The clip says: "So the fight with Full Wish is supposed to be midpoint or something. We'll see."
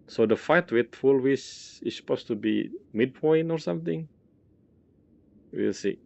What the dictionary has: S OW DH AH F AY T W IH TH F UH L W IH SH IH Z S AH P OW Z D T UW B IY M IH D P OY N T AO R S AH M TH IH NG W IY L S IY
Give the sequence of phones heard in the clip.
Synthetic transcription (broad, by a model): S OW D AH F AY T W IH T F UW L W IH S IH S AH P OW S T UW B IY M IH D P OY N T AO R S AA M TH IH NG W IY L S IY